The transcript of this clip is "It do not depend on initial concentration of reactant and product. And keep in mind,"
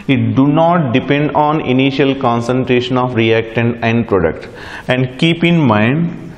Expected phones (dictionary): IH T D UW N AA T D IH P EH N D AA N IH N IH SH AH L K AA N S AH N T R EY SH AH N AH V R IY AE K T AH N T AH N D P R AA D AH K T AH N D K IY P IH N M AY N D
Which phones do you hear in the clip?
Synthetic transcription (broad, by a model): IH T D UW N AA T D IH P EH N D AA N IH N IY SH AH L K AA N S AH N T R EY SH AH N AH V R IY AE K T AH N AH N D P R AA D AH K T AH N D K IY P IH N M AY N D